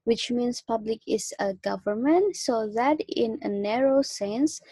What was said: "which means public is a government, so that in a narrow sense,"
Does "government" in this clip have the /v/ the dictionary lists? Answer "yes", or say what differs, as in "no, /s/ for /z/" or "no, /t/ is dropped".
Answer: yes